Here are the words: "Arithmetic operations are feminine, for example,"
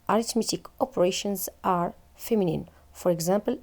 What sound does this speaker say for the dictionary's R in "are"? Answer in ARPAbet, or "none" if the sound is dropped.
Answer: R